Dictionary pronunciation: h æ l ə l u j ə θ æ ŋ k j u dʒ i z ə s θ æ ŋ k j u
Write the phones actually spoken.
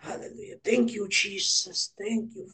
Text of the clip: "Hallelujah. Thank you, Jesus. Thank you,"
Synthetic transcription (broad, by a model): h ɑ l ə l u j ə t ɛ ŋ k j u tʃ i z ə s t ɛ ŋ k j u